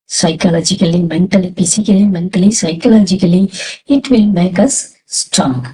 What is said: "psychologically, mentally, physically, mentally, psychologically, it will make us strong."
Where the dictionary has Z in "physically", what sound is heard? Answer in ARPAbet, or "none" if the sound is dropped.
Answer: S